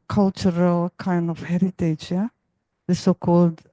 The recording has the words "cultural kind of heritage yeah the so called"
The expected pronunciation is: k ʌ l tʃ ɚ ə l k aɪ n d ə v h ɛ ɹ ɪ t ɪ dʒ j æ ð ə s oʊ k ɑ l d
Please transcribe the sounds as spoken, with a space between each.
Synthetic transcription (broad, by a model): k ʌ l tʃ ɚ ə l k aɪ n d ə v h ɛ ɹ ɪ t ɪ dʒ j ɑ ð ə s oʊ k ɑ l d